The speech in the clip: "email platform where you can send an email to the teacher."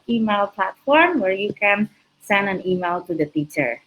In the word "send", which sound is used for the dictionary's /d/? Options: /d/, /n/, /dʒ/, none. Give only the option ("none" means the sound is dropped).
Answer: /d/